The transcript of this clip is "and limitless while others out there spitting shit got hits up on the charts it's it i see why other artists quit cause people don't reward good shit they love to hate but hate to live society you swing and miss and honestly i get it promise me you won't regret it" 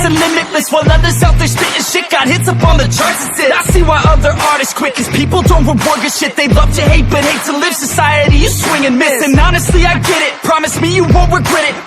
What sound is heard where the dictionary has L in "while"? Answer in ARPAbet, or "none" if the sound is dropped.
N